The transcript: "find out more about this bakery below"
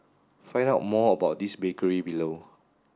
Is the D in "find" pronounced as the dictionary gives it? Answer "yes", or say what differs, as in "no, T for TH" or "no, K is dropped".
no, D is dropped